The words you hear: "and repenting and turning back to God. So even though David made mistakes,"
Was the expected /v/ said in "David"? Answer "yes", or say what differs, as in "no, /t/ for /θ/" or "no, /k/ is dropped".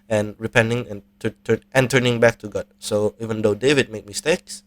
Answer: yes